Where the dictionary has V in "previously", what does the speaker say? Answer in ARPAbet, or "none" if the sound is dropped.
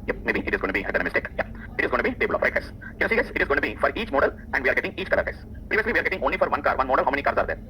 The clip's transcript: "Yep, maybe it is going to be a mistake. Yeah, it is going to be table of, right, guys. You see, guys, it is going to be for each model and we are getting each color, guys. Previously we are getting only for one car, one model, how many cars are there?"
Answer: V